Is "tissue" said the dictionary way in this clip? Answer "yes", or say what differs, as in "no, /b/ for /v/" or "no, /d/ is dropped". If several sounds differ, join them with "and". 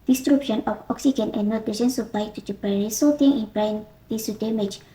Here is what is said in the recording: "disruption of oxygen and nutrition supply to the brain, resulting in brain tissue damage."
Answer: no, /s/ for /ʃ/